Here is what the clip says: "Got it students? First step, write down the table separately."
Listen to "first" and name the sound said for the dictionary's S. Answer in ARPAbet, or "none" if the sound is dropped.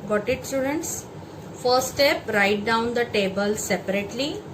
none